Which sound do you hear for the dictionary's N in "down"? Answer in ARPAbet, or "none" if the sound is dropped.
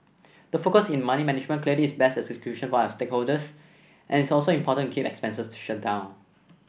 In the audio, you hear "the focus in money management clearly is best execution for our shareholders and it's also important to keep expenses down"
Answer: N